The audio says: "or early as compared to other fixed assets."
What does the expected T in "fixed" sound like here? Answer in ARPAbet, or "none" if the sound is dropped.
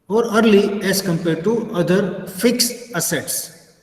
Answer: none